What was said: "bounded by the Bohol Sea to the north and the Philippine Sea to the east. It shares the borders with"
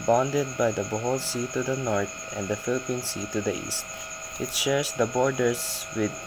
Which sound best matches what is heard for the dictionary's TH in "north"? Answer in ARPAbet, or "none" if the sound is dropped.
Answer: T